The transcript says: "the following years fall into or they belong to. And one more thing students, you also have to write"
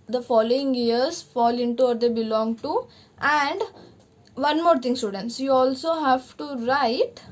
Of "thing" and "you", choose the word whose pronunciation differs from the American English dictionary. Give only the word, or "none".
thing